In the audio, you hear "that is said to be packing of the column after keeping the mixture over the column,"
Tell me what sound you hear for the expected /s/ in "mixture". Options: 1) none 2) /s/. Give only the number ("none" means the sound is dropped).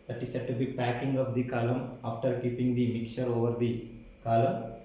1